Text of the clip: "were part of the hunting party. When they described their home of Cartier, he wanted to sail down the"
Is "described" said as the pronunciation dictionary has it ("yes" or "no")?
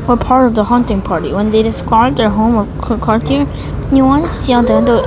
no